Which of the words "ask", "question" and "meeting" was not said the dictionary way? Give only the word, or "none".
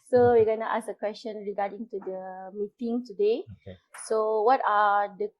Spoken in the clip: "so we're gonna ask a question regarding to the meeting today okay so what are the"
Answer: ask